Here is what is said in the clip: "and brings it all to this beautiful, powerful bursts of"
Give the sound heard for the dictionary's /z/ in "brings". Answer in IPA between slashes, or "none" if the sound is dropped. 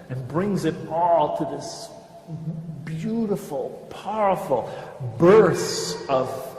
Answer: /z/